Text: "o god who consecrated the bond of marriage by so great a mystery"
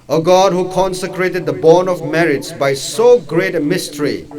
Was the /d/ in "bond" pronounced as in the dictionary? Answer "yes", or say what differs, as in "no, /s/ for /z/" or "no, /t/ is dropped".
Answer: no, /d/ is dropped